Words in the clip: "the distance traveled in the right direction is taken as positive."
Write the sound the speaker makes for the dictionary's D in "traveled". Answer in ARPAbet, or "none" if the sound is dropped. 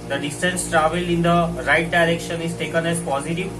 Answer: none